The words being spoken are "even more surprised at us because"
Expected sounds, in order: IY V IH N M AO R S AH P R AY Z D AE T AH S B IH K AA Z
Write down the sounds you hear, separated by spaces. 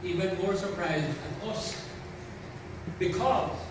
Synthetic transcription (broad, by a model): IY V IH N M AO R S AH P R AY Z D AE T AH S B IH K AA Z